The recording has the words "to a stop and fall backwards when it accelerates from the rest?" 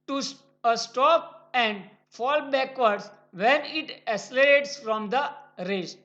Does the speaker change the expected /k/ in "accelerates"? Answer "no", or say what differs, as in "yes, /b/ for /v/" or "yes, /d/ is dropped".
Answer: yes, /k/ is dropped